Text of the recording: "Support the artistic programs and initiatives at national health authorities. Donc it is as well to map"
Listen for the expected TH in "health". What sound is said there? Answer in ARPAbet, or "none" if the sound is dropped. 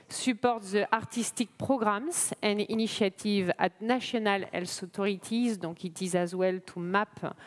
S